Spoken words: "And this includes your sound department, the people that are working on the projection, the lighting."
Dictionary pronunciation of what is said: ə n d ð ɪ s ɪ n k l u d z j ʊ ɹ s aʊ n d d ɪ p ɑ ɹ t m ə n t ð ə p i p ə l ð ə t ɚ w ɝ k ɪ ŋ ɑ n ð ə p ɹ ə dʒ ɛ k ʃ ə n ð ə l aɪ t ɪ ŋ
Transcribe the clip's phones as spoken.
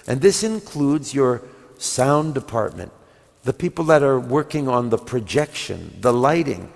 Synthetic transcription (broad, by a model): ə n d ð ɪ s ɪ n k l u d z j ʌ ɹ s aʊ n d d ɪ p ɑ ɹ t m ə n ð ə p i p l ð ə t ɚ w ɝ k ɪ ŋ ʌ n ð ə p ɹ ə dʒ ɛ k ʃ ə n ð ə l aɪ t ɪ ŋ